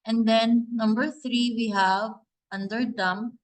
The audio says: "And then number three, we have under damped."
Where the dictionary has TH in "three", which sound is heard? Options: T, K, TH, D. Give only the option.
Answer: T